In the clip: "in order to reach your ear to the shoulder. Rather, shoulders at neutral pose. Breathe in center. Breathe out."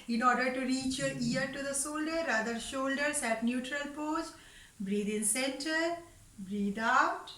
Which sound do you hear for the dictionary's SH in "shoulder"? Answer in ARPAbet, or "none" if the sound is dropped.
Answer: S